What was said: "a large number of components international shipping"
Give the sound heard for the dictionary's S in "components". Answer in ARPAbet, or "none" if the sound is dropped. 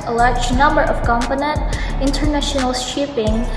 none